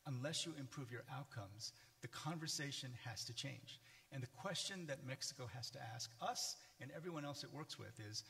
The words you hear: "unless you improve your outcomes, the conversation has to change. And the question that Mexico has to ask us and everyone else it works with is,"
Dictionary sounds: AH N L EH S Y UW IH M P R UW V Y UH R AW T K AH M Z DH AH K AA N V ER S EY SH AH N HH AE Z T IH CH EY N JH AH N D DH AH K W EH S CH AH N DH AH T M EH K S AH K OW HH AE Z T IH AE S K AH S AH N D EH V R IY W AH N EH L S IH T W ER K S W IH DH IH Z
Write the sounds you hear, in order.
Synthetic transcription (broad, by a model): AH N L EH S Y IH IH M P R UW V Y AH R AW T K AH M Z DH AH K AA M V ER S EY SH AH N HH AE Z T IH CH EY N JH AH N DH AH K W EH S CH AH N DH AH T M EH K S AH K OW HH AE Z T IH AE S K AH S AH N EH V R IY W AH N EH L S IH T W ER K S W IH DH IH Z